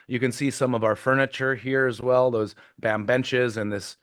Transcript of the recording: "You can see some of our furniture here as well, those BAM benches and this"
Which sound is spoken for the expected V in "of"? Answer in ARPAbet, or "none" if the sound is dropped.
V